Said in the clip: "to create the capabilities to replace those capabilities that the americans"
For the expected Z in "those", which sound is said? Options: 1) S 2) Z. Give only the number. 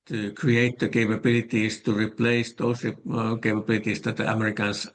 1